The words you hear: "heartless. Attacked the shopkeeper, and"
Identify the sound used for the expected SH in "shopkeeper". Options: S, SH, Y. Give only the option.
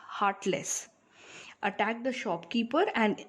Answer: SH